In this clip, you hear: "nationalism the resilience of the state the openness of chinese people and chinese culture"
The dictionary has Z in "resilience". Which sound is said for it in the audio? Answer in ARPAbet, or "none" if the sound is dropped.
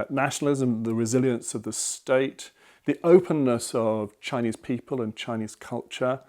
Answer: Z